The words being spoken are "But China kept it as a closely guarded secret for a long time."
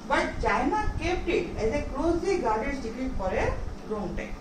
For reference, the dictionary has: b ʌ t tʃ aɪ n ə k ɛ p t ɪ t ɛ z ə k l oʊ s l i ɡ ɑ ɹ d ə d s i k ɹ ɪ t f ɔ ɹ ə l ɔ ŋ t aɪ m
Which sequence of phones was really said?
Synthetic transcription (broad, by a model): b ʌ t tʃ aɪ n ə k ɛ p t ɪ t ɛ z ə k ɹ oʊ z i ɡ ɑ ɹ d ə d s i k ɪ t p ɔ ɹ ə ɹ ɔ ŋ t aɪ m